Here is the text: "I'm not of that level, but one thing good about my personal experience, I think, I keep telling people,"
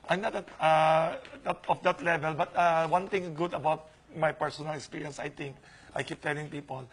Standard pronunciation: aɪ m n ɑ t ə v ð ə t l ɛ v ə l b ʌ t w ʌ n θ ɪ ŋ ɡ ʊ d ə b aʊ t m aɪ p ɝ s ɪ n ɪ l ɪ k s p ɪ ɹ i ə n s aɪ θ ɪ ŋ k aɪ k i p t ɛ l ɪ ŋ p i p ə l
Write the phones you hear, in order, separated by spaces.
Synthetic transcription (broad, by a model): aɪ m n ɑ t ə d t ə t l ɛ v ə l b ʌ t w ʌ n t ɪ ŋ ɡ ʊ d ə b aʊ t m aɪ p ɝ s ɪ n ɪ l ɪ k s p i ɹ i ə n s aɪ t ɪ ŋ k aɪ k i p t ɛ l ɪ ŋ p i p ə l